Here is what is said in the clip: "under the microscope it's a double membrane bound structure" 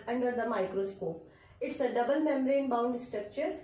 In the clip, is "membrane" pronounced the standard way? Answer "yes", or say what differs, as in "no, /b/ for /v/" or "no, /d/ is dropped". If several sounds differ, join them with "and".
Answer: no, /b/ is dropped